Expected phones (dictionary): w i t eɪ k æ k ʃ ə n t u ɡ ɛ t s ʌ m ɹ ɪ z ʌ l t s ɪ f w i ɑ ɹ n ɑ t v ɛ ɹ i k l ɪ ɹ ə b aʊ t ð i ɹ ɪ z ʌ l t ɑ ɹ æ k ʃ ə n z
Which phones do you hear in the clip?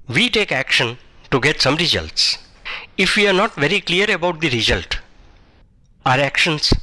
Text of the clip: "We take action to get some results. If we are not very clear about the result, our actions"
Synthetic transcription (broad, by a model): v i t eɪ k æ k ʃ ə n t u ɡ ɛ t s ʌ m ɹ ɪ z ʌ l t s ɪ f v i ɑ ɹ n ɑ t v ɛ ɹ i k l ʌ ɹ ə b aʊ t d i ɹ ɪ z ʌ l t ɑ ɹ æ k ʃ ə n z